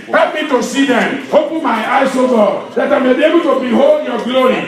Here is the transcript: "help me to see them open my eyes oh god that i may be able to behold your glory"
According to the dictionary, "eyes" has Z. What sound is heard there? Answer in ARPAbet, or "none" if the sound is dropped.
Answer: S